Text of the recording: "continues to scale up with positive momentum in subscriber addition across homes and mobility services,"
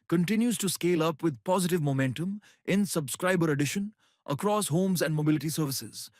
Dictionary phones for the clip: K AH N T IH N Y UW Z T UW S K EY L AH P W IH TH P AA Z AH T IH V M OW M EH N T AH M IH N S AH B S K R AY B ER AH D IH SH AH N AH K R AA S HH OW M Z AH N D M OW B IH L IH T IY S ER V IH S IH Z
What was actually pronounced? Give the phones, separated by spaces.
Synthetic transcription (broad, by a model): K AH N T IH N Y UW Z T UW S K EY L AH P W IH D P AA Z AH T IH V M OW M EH N T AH M IH N S AH B S K R AY B ER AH D IH SH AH N AH K R AA S HH OW M Z AH N D M OW B IH L IH T IY S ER V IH S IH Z